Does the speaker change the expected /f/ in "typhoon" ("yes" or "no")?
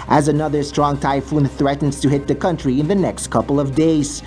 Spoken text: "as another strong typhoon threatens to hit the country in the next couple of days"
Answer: no